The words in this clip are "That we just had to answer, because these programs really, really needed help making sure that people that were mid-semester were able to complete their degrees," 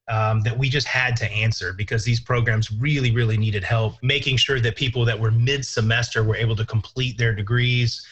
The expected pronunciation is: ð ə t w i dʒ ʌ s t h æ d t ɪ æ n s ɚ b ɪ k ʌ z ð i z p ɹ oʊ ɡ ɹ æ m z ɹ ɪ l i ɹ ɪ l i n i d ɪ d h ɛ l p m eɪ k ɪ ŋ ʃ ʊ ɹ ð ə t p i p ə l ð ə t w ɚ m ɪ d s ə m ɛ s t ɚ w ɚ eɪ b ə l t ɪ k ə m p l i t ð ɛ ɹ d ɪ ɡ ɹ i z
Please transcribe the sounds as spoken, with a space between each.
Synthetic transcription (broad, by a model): ð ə t w i dʒ ʌ s t h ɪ d t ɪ æ n s ɚ b ɪ k ʌ z ð i z p ɹ oʊ ɡ ɹ æ m z ɹ ɪ l i ɹ ɪ l i n i d ɪ d h ɛ l p m eɪ k ɪ ŋ ʃ ʊ ɹ ð ə t p i p l ð ə t w ɚ m ɪ d s ə m ɛ s t ɚ w ɚ eɪ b l t ɪ k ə m p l i t ð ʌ ɹ d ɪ ɡ ɹ i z